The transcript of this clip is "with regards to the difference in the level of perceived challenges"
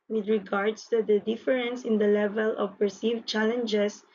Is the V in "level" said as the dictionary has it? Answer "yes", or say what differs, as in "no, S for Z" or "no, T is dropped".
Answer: yes